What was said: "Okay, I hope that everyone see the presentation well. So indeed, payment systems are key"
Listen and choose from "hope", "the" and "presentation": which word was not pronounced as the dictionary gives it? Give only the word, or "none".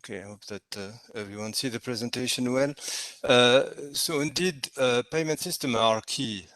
none